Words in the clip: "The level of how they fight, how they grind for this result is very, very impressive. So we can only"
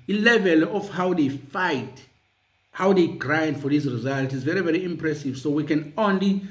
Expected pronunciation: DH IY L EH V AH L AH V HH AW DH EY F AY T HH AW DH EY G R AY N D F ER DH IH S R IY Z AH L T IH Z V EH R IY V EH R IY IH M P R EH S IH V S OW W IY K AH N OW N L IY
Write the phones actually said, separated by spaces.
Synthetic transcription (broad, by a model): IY L EH V AH L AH F HH AW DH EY F AY T HH AW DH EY G R AY N D F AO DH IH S R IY Z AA L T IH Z V EH R IY V EH R IY IH M P R EH S IH V S OW W IY K AH N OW N L IY